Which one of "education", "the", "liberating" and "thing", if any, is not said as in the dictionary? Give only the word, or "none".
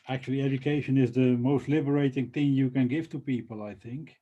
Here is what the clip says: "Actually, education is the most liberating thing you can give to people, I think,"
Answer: none